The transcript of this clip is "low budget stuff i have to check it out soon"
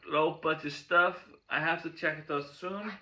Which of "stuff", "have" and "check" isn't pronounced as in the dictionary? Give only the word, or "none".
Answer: have